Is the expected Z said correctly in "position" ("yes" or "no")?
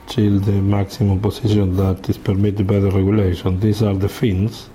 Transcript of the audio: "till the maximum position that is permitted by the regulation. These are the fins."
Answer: no